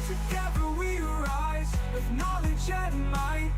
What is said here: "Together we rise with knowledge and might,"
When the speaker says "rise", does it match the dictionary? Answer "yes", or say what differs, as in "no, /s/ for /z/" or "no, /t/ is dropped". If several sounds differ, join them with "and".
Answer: yes